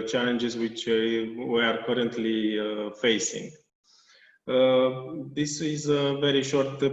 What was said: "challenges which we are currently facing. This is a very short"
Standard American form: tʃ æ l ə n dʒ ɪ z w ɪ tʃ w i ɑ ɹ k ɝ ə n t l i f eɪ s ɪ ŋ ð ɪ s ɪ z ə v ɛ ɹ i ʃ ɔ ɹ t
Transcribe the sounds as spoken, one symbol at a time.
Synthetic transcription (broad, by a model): tʃ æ l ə n dʒ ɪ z w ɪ tʃ w i ɑ ɹ k ɝ ə n t l i f eɪ s ɪ ŋ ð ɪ s ɪ z ə v ɛ ɹ i ʃ ɔ ɹ t